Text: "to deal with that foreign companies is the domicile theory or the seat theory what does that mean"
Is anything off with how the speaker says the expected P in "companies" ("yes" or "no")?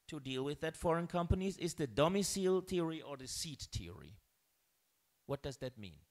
no